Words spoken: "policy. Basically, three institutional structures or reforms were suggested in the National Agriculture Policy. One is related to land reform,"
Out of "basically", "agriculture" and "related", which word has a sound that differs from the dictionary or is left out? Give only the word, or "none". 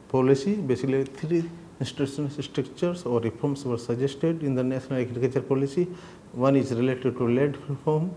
agriculture